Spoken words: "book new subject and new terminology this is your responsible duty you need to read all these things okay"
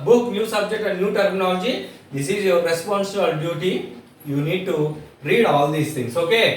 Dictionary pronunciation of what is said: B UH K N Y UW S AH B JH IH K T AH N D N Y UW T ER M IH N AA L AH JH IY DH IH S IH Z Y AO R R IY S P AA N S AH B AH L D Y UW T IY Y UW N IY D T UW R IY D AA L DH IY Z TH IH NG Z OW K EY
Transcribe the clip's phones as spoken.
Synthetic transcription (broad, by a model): B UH K N Y UW S AH B JH IH K T AH N D N Y UW T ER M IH N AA L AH JH IY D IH S IH Z Y AO R R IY S P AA N S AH AH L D Y UW T IY Y UW N IY D T UW R IY D AA L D IY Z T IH NG S OW K EY